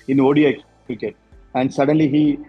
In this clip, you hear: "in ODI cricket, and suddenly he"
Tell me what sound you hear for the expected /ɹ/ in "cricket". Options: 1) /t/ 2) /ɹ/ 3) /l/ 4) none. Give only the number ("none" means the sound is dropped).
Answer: 4